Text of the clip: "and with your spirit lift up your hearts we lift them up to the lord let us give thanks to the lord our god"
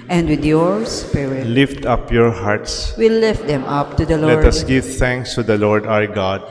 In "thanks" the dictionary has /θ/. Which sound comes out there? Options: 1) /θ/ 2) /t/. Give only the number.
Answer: 2